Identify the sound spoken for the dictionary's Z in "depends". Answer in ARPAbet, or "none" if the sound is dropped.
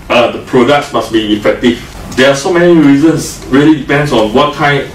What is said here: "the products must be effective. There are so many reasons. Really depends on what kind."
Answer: S